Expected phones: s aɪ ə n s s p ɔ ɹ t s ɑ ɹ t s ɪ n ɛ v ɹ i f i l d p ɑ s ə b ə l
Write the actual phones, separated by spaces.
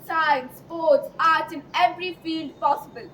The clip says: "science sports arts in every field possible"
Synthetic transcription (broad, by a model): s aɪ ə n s s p ɔ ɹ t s ɑ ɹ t ɪ n ɛ v ɹ i f i l d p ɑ s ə b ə l